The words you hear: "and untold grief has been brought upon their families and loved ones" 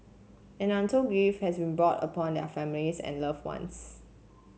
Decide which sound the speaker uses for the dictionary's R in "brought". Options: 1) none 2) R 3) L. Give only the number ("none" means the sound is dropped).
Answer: 2